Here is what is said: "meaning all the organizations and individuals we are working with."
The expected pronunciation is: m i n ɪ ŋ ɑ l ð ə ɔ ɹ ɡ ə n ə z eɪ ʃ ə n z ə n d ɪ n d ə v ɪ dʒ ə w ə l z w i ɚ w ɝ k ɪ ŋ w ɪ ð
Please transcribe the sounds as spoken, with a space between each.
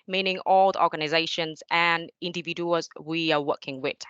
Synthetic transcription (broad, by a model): m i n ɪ ŋ ɑ l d ɔ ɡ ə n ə z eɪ ʃ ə n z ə n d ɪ n d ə v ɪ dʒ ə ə z w i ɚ w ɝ k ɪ ŋ w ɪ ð